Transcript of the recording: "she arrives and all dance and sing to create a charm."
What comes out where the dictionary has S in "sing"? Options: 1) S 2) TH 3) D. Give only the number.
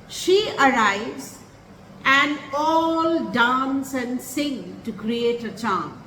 1